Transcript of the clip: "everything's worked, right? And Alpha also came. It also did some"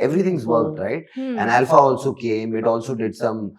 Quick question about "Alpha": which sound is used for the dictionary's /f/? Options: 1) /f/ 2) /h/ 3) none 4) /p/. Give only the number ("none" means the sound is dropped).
1